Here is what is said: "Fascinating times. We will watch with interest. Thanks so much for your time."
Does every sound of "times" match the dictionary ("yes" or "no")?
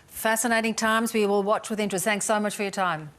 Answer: yes